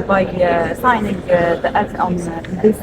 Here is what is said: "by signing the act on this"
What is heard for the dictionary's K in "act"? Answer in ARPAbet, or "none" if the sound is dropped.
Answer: none